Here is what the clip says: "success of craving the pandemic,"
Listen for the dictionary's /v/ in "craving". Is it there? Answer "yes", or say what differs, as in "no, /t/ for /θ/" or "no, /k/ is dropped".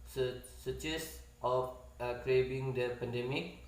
no, /b/ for /v/